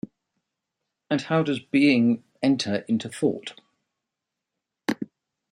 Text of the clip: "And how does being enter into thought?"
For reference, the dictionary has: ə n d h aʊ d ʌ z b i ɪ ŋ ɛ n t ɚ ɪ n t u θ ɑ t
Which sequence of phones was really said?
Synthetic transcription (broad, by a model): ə n h aʊ d ʌ z b i ɪ ŋ ɛ n t ɚ ɪ n t u θ ɑ t